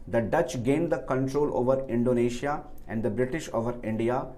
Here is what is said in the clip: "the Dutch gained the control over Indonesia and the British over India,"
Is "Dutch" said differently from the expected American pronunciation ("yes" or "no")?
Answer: no